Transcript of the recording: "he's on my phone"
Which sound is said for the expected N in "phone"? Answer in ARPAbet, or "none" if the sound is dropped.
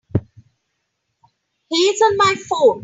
none